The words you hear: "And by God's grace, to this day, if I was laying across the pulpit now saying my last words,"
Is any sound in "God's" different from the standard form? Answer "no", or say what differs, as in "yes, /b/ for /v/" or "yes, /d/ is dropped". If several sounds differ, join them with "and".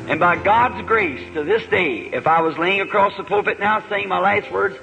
no